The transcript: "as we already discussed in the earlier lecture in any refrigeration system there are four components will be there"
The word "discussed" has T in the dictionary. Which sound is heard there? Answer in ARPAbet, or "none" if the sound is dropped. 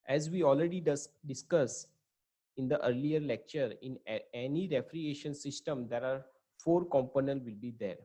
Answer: none